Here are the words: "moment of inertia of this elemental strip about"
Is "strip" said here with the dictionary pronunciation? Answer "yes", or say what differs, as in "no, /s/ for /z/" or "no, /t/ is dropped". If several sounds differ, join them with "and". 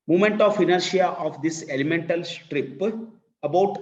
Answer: yes